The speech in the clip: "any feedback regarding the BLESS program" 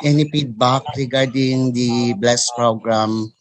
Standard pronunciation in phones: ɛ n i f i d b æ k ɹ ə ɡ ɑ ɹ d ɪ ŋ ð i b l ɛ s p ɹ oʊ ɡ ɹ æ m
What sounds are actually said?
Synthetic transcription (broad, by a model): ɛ n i p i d b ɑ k ɹ ə ɡ ɑ ɹ d ɪ ŋ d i b l ɛ s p ɹ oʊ ɡ ɹ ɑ m